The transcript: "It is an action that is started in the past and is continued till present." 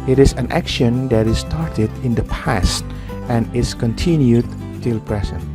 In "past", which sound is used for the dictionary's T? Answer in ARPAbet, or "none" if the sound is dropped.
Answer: T